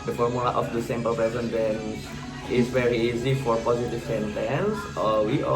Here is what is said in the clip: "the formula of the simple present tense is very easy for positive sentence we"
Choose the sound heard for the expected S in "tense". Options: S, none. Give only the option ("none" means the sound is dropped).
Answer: none